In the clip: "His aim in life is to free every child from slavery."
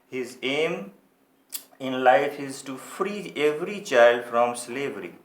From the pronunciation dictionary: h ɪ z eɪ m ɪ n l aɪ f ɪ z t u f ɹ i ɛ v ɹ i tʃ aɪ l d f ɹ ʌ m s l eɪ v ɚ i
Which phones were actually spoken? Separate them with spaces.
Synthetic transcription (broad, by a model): h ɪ z eɪ m ɪ n l aɪ f ɪ z t u f ɹ i ɛ v ɹ i tʃ aɪ l d f ɹ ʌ m s l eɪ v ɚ i